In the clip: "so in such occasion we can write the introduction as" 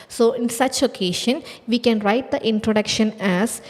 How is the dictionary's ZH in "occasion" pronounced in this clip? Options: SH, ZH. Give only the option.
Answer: SH